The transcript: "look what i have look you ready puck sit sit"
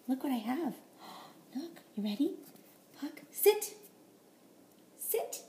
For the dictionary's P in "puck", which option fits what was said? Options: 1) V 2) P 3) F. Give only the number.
2